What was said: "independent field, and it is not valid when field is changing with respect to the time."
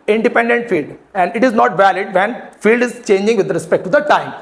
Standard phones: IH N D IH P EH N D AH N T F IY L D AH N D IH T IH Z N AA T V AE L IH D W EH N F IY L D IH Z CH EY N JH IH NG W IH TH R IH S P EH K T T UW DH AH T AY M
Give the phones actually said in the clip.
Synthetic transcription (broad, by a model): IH N D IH P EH N D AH N T F IY L D AH N D IH T IH Z N AA T V AE L IH D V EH N F IY L D IH Z CH EY N JH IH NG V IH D R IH S P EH K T T UW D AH T AY M